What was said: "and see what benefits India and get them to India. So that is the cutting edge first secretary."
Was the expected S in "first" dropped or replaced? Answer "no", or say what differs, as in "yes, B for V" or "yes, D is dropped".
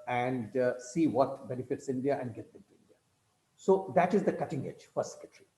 yes, S is dropped